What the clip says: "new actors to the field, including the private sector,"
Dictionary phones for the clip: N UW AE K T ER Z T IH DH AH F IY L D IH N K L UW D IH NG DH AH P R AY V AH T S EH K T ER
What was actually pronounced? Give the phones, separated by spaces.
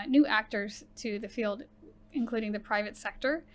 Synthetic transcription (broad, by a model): N UW AE K T ER Z T IH DH AH F IY L D IH N K L UW D IH NG DH AH P R AY V AH T S EH K T ER